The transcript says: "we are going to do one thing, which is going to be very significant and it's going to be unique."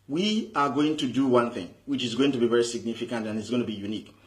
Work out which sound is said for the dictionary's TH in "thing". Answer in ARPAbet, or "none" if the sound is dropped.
TH